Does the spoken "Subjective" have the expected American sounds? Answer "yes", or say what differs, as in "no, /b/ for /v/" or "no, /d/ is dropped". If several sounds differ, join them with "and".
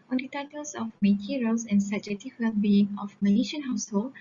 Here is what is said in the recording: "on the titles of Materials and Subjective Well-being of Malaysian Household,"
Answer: no, /b/ is dropped and /k/ is dropped